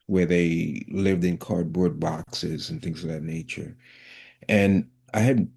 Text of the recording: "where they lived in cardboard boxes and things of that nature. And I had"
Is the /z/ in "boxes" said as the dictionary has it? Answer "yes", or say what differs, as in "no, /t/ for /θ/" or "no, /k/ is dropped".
yes